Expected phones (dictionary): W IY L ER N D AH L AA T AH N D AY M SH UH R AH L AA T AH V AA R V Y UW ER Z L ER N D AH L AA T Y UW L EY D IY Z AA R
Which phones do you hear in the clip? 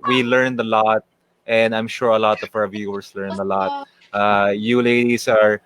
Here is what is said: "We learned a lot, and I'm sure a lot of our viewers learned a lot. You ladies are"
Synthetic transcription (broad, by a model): W IY L ER N D AH L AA T AH N D AY M SH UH R AH L AA T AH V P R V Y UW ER S L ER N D AH L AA T Y UW L EY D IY S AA R